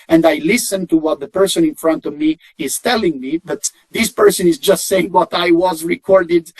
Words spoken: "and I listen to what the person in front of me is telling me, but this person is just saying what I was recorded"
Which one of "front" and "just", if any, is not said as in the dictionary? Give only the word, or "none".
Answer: none